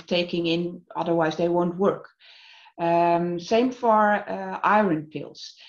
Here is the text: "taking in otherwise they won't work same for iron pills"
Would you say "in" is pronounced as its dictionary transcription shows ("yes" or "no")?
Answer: yes